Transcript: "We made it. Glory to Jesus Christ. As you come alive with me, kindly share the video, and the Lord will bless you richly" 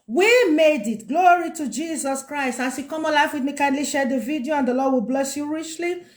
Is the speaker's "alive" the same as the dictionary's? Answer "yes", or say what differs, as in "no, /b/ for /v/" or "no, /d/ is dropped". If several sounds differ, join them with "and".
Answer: no, /f/ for /v/